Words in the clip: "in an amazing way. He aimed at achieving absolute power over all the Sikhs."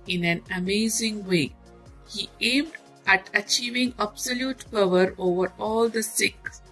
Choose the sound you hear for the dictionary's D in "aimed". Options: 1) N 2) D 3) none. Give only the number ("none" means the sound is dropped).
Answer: 2